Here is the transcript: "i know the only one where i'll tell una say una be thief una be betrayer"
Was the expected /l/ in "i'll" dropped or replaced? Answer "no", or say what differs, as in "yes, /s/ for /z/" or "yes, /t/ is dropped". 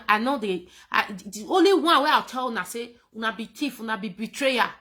yes, /w/ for /l/